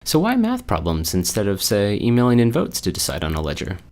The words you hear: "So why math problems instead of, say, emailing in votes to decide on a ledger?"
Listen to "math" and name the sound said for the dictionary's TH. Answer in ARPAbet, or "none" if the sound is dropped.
TH